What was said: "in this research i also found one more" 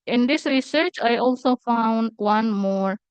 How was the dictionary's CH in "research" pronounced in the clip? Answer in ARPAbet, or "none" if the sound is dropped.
CH